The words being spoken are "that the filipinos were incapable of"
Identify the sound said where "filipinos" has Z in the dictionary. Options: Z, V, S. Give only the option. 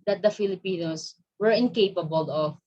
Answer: S